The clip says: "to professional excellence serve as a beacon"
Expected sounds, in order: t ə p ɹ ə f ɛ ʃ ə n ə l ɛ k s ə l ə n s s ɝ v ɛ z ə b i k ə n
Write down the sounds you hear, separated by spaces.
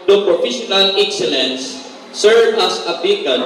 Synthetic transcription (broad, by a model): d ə p ɹ ə f ɛ ʃ ə n ə l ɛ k s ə l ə n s s ɝ v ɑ s ə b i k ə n